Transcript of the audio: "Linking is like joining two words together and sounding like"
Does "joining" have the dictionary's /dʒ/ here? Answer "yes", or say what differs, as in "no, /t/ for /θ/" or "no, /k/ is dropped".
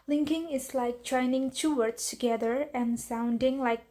no, /tʃ/ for /dʒ/